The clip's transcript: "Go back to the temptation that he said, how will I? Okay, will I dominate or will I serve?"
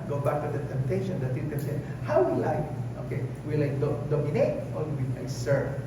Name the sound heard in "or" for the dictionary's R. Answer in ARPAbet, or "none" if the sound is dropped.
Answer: L